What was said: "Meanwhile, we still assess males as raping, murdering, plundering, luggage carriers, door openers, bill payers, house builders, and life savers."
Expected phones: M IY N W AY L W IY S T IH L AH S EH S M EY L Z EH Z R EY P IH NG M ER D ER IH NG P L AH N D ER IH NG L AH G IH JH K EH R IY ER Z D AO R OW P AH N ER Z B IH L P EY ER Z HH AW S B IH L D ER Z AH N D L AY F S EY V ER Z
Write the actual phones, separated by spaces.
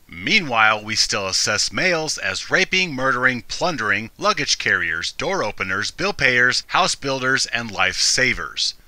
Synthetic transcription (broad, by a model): M IY N W AY L W IY S T IH L AH S EH S M EY L Z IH Z R EY P IH NG M ER D ER IH NG P L AH N D ER IH NG L AH G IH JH K EH R IY ER Z D AO R OW P AH N ER Z B IH L P EY ER Z HH AW S B IH L D ER Z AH N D L AY F S EY V ER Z